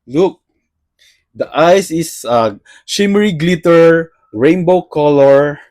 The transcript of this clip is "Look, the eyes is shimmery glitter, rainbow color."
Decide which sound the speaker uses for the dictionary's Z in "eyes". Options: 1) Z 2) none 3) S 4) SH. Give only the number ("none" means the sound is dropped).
3